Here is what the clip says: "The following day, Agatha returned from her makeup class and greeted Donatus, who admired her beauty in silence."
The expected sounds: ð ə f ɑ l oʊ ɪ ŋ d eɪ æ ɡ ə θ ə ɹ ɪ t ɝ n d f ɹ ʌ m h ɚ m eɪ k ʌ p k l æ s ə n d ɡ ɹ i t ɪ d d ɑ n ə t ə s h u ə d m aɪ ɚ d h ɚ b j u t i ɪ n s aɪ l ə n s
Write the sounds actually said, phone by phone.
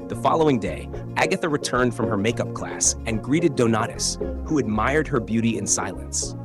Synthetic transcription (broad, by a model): ð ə f ɑ l oʊ ɪ ŋ d eɪ æ ɡ ə θ ə ɹ ɪ t ɝ n d f ɹ ʌ m ɚ m eɪ k ʌ p k l æ s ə n ɡ ɹ i t ɪ d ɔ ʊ n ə t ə s h u ə d m aɪ ɚ d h ɚ b j u t i ɪ n s aɪ l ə n s